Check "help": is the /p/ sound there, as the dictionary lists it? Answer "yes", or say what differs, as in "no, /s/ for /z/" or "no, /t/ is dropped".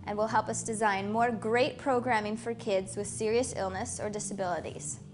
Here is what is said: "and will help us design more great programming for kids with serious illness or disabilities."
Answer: yes